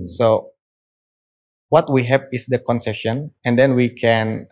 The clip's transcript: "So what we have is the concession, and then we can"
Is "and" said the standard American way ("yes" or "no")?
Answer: yes